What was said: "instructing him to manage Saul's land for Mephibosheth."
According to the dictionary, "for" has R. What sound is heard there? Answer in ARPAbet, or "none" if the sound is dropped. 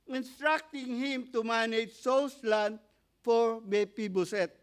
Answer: R